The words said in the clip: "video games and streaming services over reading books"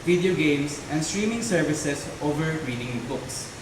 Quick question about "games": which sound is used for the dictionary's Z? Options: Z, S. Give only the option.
S